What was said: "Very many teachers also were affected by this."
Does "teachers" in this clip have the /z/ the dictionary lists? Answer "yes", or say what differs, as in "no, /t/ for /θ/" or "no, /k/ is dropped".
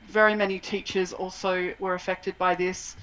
yes